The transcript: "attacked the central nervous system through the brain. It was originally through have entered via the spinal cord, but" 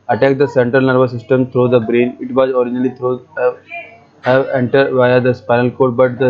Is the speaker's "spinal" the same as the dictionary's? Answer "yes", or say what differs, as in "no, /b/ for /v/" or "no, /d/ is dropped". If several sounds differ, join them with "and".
yes